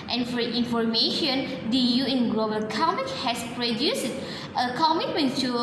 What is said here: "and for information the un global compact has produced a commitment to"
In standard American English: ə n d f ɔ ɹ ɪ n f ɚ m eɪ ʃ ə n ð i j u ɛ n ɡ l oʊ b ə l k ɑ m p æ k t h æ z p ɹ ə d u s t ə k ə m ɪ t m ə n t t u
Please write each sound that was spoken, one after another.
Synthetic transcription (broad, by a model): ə n f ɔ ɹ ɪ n f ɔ m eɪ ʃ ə n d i j u ɛ n ɡ l oʊ b ə l k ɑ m æ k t h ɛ s p ɹ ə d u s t ə k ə m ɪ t m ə n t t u